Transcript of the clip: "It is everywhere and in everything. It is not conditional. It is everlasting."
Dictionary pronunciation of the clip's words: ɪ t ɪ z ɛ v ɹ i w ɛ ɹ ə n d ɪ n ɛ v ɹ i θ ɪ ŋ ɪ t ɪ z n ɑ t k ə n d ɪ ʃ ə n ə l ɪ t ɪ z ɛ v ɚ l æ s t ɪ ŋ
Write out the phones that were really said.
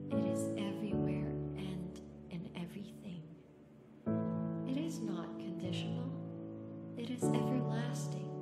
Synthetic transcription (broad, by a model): ɪ t ɪ z ɛ v ɹ i w ɛ ɹ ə n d ɪ n ɛ v ɹ i θ ɪ ŋ ɪ t ɪ z n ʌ t k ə n d ɪ ʃ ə n l ɪ t ɪ z ɛ v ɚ l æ s t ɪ ŋ